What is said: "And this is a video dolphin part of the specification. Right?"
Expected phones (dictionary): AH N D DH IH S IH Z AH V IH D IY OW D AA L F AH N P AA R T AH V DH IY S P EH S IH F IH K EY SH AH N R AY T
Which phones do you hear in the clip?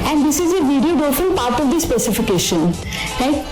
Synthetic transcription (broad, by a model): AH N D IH S IH Z AH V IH D IY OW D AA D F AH L P AA R T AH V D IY S P EH S IH F IH K EY SH AH N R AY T